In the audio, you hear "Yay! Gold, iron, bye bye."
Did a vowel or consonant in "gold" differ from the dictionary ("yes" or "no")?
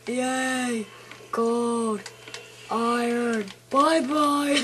yes